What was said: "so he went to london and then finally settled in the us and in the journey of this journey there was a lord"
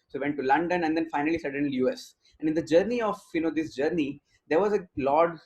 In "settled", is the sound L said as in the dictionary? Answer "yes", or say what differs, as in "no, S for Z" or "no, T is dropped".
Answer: no, L is dropped